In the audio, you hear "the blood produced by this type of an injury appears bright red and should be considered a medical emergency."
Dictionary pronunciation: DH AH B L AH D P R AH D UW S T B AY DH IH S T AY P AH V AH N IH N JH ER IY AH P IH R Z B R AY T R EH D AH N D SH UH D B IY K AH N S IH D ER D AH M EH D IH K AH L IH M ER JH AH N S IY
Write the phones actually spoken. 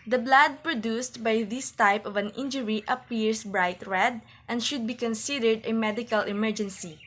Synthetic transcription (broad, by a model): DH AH B L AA D P R AH D UW S T B AY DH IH S T AY P AH V AH N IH N JH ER IY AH P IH R S B R AY T R EH D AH N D SH UH D B IY K AH N S IH D ER D AH M EH D IH K AH L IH M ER JH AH N S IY